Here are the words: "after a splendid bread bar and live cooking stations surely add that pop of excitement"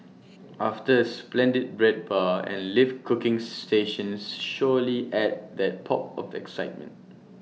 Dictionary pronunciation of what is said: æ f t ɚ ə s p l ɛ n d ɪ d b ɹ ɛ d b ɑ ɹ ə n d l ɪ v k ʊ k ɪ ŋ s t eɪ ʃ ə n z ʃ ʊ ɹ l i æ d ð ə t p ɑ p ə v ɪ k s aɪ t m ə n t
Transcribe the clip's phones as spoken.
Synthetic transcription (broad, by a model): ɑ f t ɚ ə s p l ɛ n d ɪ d b ɹ ɛ d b ɑ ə n l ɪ f k ʊ k ɪ ŋ s t eɪ ʃ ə n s ʃ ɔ l i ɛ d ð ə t p ɑ p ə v ɪ k s aɪ t m ə n t